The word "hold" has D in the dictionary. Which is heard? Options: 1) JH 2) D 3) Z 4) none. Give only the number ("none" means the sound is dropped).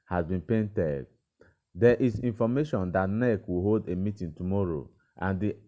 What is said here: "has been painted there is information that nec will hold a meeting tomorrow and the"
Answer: 2